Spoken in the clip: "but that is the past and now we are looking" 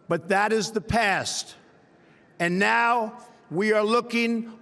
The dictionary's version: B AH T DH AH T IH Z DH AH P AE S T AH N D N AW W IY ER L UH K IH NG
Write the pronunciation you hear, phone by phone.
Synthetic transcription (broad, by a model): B AH T DH AH T IH Z DH AH P AE S T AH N N AW W IY ER L UH K IH NG